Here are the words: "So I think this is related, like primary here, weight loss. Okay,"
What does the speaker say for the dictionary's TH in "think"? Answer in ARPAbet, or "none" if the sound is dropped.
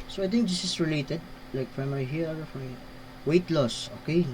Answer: T